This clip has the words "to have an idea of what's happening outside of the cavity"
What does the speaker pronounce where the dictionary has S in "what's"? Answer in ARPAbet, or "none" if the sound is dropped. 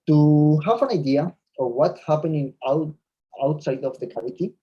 none